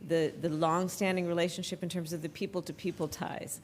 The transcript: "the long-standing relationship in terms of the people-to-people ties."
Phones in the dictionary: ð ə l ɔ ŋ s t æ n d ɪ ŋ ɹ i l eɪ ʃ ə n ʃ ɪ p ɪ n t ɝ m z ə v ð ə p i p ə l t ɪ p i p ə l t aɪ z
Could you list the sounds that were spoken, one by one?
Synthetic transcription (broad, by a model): ð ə l ɔ ŋ s t æ n d ɪ ŋ ɹ i l eɪ ʃ ə n ʃ ɪ p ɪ n t ɝ m z ə v ð ə p i p l t ɪ p i p l t aɪ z